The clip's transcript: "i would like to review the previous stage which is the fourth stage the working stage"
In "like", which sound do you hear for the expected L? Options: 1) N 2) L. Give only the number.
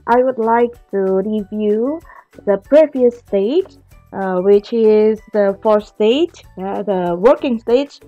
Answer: 2